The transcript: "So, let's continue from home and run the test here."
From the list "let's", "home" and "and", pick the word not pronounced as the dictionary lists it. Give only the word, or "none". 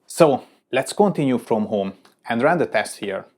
none